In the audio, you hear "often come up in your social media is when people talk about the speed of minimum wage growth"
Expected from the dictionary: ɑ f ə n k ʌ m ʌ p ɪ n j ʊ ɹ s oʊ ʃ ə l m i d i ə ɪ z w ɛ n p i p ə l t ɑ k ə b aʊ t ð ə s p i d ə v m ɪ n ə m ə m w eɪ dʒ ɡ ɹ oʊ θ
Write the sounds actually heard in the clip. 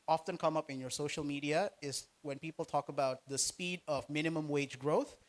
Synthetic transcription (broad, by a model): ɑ f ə n k ʌ m ʌ p ɪ n j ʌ ɹ s oʊ ʃ ə l m i d i ə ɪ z w ɛ n p i p l t ɑ k ə b aʊ t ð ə s p i d ə v m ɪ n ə m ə m w eɪ dʒ ɡ ɹ oʊ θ